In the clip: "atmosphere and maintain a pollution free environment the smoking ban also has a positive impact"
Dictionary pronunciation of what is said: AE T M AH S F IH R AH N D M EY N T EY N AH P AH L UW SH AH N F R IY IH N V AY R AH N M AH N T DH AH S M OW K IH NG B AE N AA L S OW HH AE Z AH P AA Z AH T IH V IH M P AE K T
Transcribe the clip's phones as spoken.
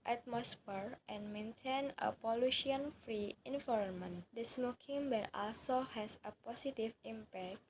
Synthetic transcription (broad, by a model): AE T M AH S F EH R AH N M EY N T EY N AH P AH L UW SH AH N F R IY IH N F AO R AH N M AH N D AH S M OW K IH NG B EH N AA L S OW HH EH S AH P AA S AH T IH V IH M P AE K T